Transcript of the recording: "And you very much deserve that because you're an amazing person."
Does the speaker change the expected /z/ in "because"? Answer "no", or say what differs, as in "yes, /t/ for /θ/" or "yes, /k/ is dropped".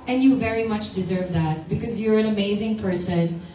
no